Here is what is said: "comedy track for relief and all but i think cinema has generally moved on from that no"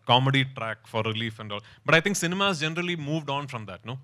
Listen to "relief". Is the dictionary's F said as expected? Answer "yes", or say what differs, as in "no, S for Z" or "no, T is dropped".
yes